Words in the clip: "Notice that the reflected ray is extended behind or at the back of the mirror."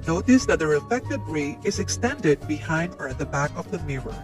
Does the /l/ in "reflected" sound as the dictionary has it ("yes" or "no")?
no